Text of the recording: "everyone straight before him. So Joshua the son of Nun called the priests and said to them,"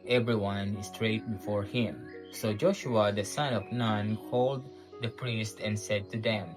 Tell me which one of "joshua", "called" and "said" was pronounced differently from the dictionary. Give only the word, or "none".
none